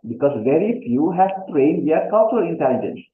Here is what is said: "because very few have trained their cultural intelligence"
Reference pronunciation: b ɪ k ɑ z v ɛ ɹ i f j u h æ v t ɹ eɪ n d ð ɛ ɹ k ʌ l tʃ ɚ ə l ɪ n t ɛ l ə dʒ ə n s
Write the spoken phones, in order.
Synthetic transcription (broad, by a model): b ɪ k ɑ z v ɛ ɹ i f j u h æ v t ɹ eɪ n d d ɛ ɹ k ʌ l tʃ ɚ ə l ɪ n t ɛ l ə dʒ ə n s